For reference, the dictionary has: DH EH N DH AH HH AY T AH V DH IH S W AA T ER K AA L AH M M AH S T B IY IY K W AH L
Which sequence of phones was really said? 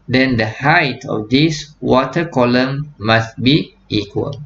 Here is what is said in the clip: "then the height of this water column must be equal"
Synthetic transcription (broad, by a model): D EH N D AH HH AY T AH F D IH S W AA T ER K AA L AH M M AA S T B IY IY K W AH L